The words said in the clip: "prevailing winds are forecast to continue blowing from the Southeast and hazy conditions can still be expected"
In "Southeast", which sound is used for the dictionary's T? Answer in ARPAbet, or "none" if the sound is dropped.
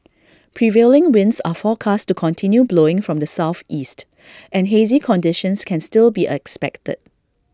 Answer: T